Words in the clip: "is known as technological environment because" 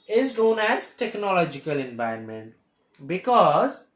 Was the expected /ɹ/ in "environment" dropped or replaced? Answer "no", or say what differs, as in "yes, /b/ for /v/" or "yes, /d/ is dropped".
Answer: yes, /ɹ/ is dropped